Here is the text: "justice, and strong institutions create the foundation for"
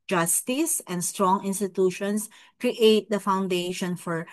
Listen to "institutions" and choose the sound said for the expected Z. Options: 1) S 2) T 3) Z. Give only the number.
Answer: 1